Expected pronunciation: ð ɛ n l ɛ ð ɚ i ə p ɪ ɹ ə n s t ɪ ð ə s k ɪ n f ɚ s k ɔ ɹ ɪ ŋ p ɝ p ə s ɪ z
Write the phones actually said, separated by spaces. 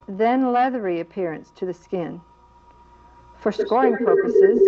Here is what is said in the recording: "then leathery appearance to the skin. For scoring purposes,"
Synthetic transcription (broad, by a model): ð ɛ n l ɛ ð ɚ i ə p ɪ ɹ ə n s t ɪ ð ə s k ɪ n f ɚ s k ɔ ɹ ɪ ŋ p ɝ p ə s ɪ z